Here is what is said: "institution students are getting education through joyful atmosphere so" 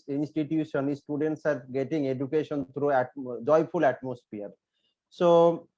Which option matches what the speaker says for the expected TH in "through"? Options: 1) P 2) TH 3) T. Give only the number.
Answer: 3